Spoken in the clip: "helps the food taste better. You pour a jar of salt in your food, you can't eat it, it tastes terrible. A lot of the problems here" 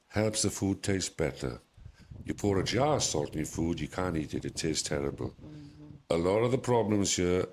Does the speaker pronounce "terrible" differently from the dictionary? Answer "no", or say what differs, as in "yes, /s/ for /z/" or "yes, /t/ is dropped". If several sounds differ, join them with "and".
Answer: no